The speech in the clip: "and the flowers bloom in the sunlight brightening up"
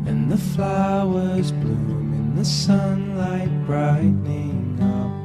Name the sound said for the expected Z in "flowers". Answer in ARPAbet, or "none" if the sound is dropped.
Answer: Z